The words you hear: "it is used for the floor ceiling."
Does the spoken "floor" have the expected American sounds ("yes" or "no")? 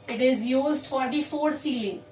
no